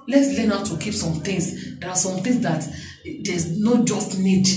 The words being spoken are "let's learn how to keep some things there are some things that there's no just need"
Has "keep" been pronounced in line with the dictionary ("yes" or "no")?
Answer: yes